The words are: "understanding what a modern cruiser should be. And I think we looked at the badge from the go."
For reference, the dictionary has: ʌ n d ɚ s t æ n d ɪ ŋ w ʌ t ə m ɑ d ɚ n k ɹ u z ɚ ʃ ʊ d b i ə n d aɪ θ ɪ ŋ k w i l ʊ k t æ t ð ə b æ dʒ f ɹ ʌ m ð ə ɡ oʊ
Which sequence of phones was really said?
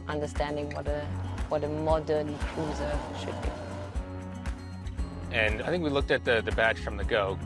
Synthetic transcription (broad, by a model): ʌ n d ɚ s t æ n d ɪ ŋ w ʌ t ə m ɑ d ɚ n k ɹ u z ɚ ʃ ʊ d b i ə n aɪ θ ɪ ŋ k w i l ʊ k t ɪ t ð ə b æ tʃ f ɹ ʌ m ð ə ɡ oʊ